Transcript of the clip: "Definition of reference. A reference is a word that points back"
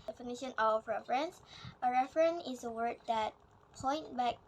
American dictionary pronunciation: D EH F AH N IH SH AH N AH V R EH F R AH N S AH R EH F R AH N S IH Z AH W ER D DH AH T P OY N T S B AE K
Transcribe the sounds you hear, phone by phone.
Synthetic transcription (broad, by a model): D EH F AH N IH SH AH N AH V R EH F R AH N S AH R EH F R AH N IH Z AH W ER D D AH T P OY N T B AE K